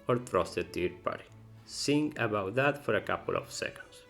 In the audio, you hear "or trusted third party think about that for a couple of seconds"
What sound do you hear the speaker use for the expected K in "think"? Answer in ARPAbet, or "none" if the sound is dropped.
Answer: none